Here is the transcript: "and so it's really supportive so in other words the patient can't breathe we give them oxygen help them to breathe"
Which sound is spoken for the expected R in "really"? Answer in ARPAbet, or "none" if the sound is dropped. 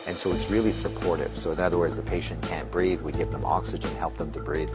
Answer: R